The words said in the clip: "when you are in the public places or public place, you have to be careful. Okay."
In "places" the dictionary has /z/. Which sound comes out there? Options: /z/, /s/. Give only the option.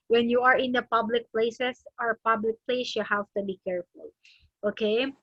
/s/